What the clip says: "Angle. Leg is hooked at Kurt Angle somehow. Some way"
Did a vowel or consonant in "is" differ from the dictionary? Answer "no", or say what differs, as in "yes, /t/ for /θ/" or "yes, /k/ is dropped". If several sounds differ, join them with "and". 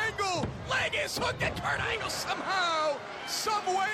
yes, /s/ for /z/